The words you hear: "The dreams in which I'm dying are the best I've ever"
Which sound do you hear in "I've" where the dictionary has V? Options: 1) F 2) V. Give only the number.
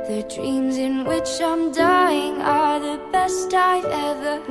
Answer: 1